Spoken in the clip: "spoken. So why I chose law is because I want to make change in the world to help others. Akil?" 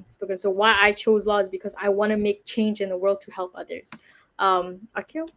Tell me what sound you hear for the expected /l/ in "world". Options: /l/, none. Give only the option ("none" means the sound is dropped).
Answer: /l/